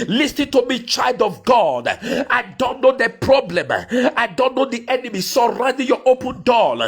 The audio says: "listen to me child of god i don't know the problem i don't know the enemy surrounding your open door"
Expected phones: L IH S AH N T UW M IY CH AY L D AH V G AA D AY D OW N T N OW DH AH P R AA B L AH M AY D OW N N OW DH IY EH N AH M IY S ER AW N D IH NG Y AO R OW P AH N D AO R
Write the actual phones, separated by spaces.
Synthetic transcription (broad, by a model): L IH S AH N T UW M IY CH AY L D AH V G AA D AY D OW N T N OW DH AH P R AA B L AH M AY D OW N N OW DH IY EH N AH M IY S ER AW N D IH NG Y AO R OW P AH N D AO